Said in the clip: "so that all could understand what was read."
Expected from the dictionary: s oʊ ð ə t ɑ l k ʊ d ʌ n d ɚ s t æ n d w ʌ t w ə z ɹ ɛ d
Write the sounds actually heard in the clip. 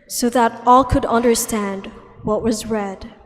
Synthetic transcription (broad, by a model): s oʊ ð ə t ɑ l k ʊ d ʌ n d ɚ s t æ n d w ʌ t w ə z ɹ ɛ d